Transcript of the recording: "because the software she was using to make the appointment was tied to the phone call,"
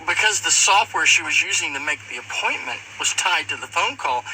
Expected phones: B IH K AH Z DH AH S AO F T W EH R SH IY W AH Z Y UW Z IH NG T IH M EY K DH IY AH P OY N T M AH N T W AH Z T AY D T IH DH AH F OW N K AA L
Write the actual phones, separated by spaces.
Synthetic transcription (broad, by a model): B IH K AH Z DH AH S AO F T W EH R SH IY W AH Z Y UW Z IH NG T IH M EY K DH IY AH P OY N M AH N T W AH Z T AY D T IH DH AH F OW N K AA L